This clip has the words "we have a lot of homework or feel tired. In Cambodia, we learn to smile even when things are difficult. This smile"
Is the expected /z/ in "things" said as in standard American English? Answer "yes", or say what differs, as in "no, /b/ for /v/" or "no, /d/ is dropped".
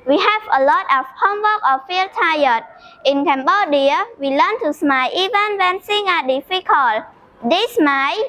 no, /z/ is dropped